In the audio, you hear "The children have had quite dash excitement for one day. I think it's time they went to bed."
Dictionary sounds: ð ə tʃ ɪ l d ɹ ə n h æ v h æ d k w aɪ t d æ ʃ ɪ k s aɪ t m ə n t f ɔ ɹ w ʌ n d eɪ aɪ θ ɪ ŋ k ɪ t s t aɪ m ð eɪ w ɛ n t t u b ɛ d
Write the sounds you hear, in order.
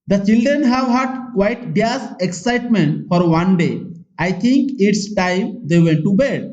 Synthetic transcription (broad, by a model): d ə tʃ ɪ l d ɹ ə n h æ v h æ d k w aɪ t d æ s ɪ k s aɪ t m ə n t f ɔ ɹ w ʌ n d eɪ aɪ t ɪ ŋ k ɪ t s t aɪ m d eɪ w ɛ n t t u b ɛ d